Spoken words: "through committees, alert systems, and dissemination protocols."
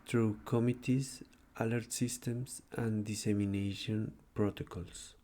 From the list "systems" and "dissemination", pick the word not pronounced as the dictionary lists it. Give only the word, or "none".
systems